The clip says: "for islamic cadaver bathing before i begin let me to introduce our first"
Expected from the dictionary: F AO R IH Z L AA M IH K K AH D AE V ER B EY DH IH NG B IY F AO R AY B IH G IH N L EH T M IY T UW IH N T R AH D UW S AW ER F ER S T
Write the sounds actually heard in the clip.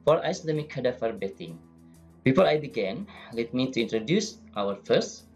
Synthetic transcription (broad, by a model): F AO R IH S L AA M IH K K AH D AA F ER B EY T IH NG B IY F AO R AY B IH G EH N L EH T M IY T UW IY N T R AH D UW S AW ER F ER S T